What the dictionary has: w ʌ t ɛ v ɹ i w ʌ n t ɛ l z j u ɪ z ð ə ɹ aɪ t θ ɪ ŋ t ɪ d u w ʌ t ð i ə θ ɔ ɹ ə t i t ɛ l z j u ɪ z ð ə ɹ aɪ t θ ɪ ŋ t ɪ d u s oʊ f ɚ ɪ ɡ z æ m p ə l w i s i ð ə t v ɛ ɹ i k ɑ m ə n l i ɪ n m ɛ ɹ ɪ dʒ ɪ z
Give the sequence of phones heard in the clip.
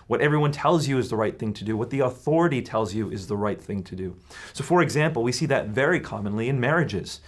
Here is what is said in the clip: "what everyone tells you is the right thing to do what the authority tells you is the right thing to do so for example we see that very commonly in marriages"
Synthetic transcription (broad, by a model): w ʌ t ɛ v ɹ i w ʌ n t ɛ l z j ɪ ɪ z ð ə ɹ aɪ t θ ɪ ŋ t ɪ d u w ʌ t ð i ə θ ɔ ɹ ə t i t ɛ l z j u ɪ z ð ə ɹ aɪ t θ ɪ ŋ t ɪ d u s oʊ f ɚ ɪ ɡ z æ m p l w i s i ð ə t v ɛ ɹ i k ɑ m ə n l i ɪ n m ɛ ɹ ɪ dʒ ɪ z